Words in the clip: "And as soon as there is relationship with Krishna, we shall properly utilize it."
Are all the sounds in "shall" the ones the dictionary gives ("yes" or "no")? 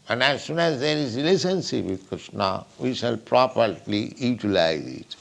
yes